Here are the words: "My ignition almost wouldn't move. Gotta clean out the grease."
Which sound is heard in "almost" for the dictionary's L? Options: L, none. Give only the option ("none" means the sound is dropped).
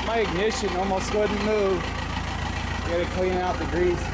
L